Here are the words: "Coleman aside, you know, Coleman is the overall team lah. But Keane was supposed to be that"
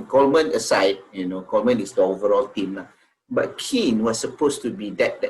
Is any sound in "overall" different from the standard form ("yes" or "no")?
no